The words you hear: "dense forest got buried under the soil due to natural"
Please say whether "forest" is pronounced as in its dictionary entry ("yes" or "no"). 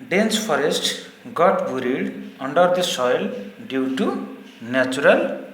no